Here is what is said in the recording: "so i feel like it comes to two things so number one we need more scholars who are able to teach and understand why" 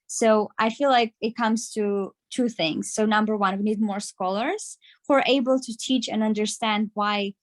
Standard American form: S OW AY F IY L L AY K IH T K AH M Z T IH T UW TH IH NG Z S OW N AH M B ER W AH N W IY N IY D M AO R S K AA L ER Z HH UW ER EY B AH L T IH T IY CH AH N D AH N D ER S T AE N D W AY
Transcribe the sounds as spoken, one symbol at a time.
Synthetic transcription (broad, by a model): S OW AY F IY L L AY K IH T K AH M Z T IH T UW TH IH NG Z S OW N AH M B ER W AH N W IY N IY D M AO R S K AA L ER Z HH UW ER EY B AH L T IH T IY CH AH N AH N D ER S T AE N D W AY